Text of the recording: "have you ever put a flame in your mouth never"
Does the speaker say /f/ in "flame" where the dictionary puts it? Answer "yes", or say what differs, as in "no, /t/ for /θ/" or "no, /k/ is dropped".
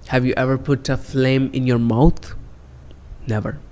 yes